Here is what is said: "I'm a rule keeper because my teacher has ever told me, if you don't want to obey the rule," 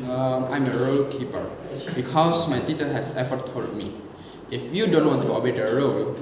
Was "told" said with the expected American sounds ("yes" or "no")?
no